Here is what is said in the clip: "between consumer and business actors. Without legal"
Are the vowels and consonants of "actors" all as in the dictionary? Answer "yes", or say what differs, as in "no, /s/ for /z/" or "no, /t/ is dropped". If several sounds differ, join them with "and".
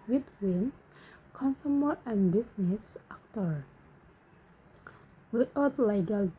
no, /z/ is dropped